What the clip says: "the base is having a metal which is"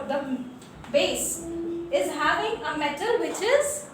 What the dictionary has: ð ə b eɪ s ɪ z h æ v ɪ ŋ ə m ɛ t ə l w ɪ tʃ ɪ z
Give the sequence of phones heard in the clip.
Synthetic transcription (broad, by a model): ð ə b eɪ s ɪ z h æ v ɪ ŋ ə m ɛ t ə l w ɪ tʃ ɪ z